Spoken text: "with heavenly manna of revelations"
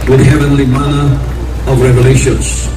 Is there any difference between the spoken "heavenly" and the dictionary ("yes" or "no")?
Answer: no